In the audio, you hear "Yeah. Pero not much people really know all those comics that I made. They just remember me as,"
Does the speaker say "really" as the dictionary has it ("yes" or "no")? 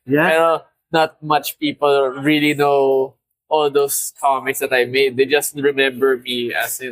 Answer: yes